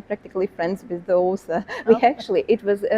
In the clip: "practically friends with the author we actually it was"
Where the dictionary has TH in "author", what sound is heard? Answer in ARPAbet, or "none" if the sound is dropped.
S